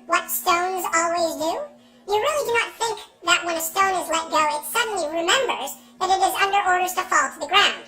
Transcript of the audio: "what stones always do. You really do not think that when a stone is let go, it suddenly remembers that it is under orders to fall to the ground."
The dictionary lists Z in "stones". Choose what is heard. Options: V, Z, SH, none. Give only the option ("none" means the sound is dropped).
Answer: Z